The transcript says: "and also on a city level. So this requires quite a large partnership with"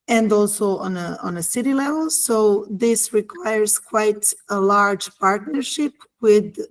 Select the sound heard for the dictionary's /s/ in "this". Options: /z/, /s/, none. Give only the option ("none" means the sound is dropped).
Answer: /s/